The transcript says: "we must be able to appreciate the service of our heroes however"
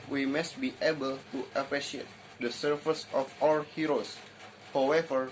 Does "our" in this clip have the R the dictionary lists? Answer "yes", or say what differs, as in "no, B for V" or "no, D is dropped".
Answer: no, L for R